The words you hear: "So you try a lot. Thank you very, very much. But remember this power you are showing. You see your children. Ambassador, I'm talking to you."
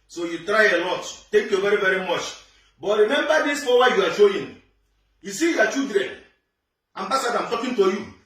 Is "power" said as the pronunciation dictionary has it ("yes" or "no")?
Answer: no